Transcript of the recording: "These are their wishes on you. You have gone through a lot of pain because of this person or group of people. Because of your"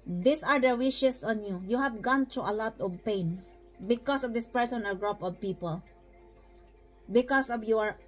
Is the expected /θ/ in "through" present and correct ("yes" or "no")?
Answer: no